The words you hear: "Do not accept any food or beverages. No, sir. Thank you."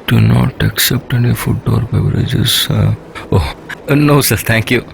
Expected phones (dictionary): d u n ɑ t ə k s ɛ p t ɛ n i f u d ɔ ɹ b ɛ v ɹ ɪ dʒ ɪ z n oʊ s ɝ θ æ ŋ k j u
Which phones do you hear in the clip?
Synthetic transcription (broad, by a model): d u n ɑ t ə k s ɛ p t ɛ n i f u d ɔ ɹ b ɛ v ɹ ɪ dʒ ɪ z n oʊ s ɝ t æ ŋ k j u